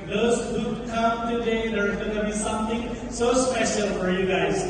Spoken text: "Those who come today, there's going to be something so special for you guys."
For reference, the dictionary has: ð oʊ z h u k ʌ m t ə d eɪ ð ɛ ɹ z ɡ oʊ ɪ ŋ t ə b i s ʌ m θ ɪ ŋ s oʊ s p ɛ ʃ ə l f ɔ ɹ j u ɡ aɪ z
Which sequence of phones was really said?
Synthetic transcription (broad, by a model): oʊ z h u k ʌ m t ə d eɪ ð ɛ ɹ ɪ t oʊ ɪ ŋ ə b i s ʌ m t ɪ ŋ s oʊ s p ɛ ʃ ə l f ɔ ɹ j u ɡ aɪ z